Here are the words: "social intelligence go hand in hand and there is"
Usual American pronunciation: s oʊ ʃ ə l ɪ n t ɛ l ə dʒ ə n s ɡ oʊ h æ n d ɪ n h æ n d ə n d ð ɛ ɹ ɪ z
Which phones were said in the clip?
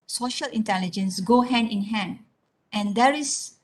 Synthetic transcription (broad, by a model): s oʊ ʃ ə l ɪ n t ɛ l ə dʒ ə n s ɡ oʊ h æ n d ɪ n h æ n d ə n d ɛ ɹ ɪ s